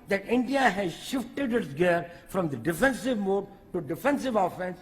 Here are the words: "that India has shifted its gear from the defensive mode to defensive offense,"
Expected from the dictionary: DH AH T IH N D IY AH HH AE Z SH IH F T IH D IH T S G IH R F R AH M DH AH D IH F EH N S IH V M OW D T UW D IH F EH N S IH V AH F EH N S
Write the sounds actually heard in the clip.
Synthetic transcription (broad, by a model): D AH T IH N D IY AH HH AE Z SH IH F T IH D IH T S G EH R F R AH M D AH D IH F EH N S IH V M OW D T UW D IH F EH N S IH V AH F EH N S